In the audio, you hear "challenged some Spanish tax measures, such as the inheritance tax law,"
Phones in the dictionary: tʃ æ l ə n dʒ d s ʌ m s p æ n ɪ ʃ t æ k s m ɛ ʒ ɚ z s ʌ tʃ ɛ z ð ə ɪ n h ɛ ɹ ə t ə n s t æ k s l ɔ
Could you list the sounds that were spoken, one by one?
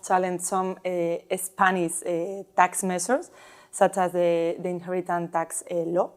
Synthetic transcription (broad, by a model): tʃ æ l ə n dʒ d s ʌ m s p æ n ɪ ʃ t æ k s m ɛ s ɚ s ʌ tʃ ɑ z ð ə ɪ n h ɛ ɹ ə t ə n t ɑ k s l ɔ